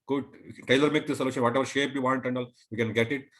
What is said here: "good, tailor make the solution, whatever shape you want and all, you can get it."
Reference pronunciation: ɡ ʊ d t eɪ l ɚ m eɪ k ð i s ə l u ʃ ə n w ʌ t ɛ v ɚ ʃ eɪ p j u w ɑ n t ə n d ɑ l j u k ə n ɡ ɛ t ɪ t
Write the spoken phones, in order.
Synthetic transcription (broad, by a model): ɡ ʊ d t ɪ l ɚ m eɪ k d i s ə l u ʃ ə n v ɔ t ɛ v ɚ ʃ eɪ p j u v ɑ n t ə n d ɑ l j u k ə n ɡ ɛ t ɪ t